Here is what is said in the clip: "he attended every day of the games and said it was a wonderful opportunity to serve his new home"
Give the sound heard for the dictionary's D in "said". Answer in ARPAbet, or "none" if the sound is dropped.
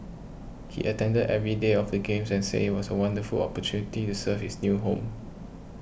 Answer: none